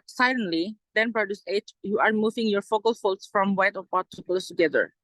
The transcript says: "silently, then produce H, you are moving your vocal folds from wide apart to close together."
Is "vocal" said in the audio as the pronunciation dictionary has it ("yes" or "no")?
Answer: no